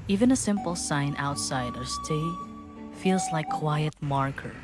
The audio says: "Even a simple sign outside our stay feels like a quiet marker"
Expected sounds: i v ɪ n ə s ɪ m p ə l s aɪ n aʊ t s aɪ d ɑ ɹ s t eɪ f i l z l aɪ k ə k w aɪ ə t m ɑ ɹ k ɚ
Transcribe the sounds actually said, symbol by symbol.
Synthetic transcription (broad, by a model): i v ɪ n ə s ɪ m p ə l s aɪ n aʊ t s aɪ d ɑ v s t eɪ f i l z l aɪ ə k w aɪ ə t m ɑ ɹ k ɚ